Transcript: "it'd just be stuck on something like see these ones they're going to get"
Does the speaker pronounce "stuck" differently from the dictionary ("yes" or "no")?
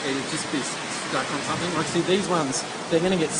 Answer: yes